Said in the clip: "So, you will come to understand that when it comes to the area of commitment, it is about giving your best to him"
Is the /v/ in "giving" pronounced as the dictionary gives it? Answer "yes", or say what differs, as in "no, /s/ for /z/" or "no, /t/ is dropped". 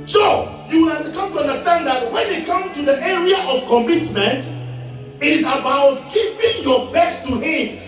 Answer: no, /p/ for /v/